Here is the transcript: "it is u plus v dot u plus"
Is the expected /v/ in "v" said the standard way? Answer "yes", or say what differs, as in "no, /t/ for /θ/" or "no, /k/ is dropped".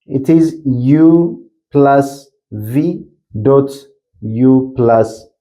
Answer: yes